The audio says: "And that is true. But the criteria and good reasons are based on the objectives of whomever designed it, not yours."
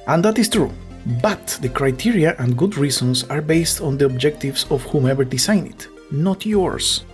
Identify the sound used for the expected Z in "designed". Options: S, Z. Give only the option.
S